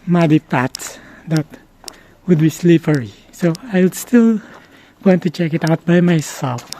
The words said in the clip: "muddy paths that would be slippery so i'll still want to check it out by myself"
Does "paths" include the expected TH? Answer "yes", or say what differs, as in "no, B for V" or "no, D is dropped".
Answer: no, T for TH